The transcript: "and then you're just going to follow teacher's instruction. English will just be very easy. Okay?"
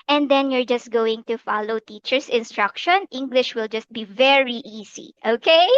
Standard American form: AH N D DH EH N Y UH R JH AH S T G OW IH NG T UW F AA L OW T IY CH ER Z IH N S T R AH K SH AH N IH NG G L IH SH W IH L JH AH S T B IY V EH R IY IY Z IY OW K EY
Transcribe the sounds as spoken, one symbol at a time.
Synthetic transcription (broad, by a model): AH N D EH N Y UH R JH AH S T G OW IH NG T UW F AA L OW T IY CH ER S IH N S T R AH K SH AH N IH NG G L IH SH W IH L JH AH S T B IY V EH R IY IY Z IY OW K EY